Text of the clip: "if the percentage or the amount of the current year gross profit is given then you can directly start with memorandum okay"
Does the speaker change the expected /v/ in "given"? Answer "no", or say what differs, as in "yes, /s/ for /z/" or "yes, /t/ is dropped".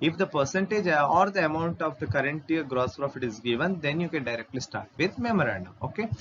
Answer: no